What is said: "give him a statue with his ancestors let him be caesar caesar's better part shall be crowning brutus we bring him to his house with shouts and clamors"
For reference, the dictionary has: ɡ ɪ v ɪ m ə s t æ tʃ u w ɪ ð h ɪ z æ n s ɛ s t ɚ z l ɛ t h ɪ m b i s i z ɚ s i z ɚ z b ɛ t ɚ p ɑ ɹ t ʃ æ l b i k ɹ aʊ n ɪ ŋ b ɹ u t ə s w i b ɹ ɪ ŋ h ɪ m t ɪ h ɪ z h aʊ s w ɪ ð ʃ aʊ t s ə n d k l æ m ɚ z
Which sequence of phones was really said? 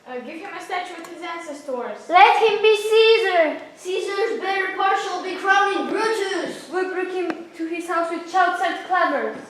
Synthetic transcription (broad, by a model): ɡ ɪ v ɪ m ə s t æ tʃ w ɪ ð h ɪ z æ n s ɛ s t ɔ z l ɛ t h ɪ m b i s i z ɚ s i z ɚ z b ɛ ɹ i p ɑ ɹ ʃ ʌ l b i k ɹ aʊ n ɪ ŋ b ɹ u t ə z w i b ɹ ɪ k h ɪ m t ɪ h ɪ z h aʊ s w ɪ ð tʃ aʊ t s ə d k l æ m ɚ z